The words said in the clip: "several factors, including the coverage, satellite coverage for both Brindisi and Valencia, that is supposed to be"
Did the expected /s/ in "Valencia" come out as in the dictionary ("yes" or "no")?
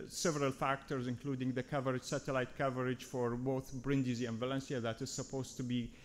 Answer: yes